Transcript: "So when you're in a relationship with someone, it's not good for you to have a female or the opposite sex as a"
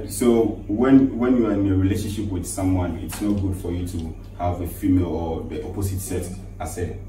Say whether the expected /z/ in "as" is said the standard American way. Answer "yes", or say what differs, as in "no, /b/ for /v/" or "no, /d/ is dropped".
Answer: no, /s/ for /z/